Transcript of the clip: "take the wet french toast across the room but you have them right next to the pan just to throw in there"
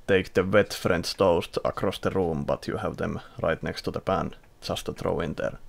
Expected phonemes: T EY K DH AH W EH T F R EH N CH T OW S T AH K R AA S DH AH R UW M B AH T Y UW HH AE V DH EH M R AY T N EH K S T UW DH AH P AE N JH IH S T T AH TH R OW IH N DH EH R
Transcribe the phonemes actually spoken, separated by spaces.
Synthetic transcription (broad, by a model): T EY K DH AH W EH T F R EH N S T OW S T AH K R AA S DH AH R UW M B AH T Y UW HH AE V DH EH M R AY T N EH K S T UW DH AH P AE N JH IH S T T AH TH R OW IH N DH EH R